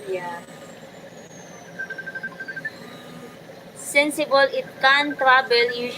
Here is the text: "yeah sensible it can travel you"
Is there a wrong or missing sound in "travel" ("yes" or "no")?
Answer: yes